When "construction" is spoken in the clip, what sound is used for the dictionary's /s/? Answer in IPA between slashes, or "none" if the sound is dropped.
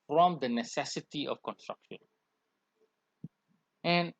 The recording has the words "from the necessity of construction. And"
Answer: /s/